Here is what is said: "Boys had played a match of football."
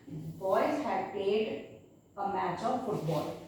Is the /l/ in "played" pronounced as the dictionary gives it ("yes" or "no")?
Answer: no